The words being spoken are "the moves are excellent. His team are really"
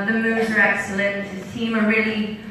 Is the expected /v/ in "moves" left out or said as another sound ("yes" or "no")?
yes